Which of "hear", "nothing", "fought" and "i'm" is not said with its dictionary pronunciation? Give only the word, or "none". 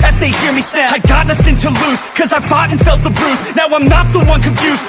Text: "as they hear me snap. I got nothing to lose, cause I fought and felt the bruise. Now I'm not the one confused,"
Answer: none